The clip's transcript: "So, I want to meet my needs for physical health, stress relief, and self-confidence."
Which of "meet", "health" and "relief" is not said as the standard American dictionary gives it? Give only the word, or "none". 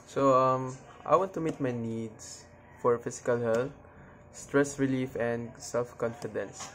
health